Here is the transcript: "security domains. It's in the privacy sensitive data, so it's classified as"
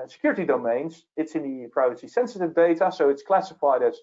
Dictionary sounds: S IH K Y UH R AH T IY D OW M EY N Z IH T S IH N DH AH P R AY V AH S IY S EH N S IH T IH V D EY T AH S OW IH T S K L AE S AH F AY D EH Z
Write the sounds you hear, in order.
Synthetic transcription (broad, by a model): S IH K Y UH R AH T IY D OW M EY N Z IH T S IH N DH AH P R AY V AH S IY S EH N S IH T IH V D EY T AH S OW IH T S K L AE S AH F AY D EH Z